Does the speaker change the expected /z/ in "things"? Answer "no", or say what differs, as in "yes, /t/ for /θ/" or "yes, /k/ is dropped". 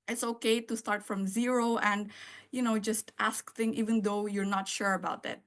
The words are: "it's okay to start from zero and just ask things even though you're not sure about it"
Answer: yes, /z/ is dropped